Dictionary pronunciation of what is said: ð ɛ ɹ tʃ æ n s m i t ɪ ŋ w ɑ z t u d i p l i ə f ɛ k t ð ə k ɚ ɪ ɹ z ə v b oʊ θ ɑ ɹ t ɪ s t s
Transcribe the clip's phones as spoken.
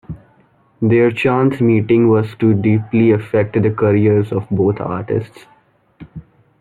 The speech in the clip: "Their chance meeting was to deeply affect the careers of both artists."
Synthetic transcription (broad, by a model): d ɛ ɹ tʃ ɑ n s m i t ɪ ŋ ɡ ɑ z t u d i p l i ə f ɛ k t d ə k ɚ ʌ ɹ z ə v b oʊ t ɑ ɹ t ɪ s t s